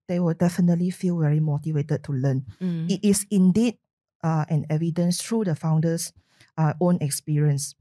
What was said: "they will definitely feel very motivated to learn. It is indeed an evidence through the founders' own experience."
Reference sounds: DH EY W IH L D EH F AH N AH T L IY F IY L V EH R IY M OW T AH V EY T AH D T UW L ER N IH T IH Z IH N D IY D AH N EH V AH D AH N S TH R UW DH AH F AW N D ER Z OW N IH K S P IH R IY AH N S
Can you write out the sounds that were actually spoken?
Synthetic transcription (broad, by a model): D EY W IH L D EH F AH N AH T L IY F IY L V EH R IY M OW T AH V EY T AH D T UW L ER N IH T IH S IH N D IY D AH N EH V AH D AH N S T R UW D AH F AW N D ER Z OW N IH K S P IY R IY AH N S